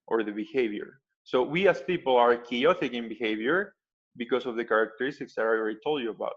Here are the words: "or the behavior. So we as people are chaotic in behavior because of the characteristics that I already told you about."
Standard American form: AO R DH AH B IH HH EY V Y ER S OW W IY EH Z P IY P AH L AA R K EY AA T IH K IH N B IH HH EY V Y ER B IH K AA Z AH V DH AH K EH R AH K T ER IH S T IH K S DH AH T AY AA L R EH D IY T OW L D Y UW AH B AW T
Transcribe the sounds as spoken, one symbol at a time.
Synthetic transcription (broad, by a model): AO R DH AH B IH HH EY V Y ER S OW W IY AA S P IY P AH L AA R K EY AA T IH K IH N B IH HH EY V Y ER B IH K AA S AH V DH AH K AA R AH K T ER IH S T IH K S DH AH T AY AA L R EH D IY T OW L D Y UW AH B AW T